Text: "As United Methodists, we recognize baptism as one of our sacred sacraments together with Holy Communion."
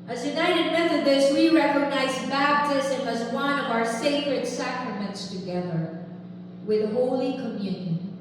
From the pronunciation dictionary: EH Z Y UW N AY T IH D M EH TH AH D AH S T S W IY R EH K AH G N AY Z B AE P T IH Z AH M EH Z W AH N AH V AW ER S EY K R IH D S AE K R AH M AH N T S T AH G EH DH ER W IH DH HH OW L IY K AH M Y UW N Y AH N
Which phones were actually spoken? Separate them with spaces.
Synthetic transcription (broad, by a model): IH Z Y UW N AY T IH D M EH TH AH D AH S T W IY R EH K AH G N AY Z B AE B T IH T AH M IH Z W AH N AH V AW ER S EY K R IH D S AE K R AH M AH N T S T AH G EH DH ER W IH DH HH OW L IY K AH M Y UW N Y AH N